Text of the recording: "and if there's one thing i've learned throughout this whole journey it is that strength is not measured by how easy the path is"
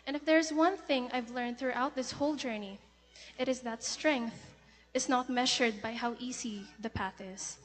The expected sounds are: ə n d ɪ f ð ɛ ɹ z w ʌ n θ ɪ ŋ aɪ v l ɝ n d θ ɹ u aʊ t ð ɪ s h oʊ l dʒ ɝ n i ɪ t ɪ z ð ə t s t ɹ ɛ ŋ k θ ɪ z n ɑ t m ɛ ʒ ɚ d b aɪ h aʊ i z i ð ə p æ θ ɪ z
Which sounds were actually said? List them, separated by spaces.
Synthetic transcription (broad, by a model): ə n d ɪ f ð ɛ ɹ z w ʌ n θ ɪ ŋ aɪ v l ɝ n d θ ɹ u aʊ t ð ɪ s h oʊ l dʒ ɝ n i ɪ t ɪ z ð ə t s t ɹ ɛ ŋ k θ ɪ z n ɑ t m ɛ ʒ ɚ d b aɪ h aʊ i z i ð ə p æ θ ɪ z